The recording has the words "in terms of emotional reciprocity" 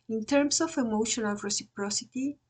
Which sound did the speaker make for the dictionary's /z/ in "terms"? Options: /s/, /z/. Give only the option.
/s/